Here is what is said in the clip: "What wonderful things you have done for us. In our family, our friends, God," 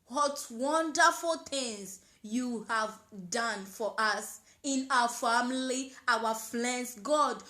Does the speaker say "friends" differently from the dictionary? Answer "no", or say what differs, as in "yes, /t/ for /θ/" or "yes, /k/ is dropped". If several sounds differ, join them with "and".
yes, /l/ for /ɹ/